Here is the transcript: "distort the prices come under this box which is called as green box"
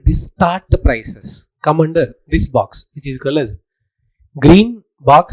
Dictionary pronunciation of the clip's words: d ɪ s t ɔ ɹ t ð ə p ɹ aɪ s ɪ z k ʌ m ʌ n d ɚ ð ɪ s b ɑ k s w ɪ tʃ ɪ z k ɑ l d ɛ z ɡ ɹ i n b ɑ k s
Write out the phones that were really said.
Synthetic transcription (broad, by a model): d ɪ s t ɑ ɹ t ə p ɹ aɪ s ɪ s k ʌ m ʌ n d ɚ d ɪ s b ɑ k s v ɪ tʃ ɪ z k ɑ l ɛ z ɡ ɹ i n b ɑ k s